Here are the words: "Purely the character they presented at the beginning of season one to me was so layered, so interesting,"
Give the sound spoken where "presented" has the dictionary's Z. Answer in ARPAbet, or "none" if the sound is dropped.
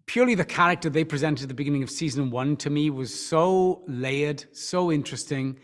Z